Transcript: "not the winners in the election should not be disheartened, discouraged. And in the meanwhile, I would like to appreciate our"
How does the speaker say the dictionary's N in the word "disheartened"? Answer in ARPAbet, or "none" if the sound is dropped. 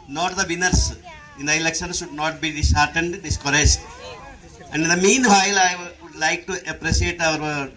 N